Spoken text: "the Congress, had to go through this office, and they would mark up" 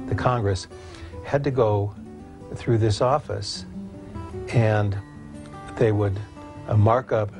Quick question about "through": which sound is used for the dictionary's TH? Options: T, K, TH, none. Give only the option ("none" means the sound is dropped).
TH